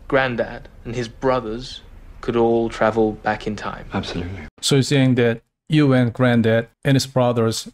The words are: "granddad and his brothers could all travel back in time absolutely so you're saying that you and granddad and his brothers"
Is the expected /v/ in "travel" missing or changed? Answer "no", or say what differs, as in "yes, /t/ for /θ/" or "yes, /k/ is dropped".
no